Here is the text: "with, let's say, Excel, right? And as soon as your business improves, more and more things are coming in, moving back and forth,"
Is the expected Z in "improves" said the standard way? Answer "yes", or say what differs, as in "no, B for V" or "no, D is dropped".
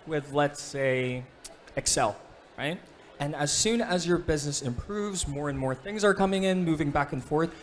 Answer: yes